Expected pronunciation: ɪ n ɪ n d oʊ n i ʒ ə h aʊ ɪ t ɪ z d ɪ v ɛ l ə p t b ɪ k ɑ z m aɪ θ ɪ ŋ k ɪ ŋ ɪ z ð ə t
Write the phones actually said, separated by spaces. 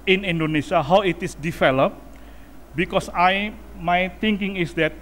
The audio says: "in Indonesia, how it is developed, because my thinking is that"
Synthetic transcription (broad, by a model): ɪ n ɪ n d oʊ n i s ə h aʊ ɪ t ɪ s d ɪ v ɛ l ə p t b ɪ k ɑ s m aɪ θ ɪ ŋ k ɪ ŋ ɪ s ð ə t